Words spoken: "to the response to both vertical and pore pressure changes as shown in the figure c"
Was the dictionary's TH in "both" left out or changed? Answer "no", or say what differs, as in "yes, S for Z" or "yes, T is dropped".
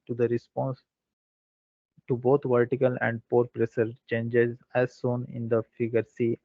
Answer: yes, T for TH